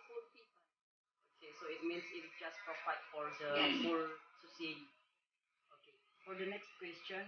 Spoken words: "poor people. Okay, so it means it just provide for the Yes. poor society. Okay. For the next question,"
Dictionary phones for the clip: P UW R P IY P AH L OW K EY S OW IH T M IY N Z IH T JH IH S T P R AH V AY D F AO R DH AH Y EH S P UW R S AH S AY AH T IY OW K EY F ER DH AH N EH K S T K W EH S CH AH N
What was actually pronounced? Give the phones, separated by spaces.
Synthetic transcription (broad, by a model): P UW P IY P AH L OW K EY S OW IH T M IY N S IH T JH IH S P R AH P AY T F AO R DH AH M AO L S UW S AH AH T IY OW K EY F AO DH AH N EH K S T K W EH S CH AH N